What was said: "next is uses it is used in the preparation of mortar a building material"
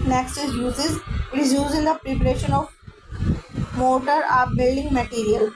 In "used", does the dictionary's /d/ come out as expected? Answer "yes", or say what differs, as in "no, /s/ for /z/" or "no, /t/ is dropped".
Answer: no, /d/ is dropped